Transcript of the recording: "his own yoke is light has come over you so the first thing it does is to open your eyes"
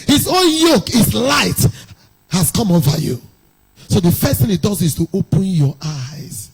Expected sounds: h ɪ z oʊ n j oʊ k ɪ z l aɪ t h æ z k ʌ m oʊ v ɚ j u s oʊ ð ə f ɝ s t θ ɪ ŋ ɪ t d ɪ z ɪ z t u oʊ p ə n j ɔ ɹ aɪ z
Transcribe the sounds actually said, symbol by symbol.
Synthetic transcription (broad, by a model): h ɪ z oʊ n j oʊ k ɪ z l aɪ t h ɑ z k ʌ m oʊ v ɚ j u s oʊ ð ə f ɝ s t θ ɪ ŋ ɪ t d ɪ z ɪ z t u oʊ p ə n j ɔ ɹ aɪ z